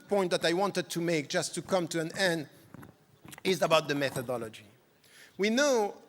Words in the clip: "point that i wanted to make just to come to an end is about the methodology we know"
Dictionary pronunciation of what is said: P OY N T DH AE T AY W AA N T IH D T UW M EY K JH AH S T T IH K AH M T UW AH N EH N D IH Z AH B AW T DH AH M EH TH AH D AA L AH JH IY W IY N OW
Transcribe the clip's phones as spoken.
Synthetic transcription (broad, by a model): P OY N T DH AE T AY W AA N T IH D T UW M EY K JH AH S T T IH K AH M T UW AH N EH N D IH Z AH B AW T DH AH M EH TH AH D AA L AH JH IY W IY N OW